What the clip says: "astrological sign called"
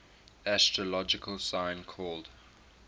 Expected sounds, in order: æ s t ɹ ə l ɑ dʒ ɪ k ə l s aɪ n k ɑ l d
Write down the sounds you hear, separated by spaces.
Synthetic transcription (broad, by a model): æ s t ɹ ə l ɑ dʒ ɪ k ə l s aɪ n k ɑ l d